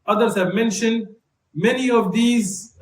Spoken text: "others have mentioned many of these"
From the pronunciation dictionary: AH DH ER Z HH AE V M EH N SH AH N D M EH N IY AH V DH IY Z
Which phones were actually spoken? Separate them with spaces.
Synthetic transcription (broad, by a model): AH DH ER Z HH AE V M EH N SH AH N D M EH N IY AH V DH IY Z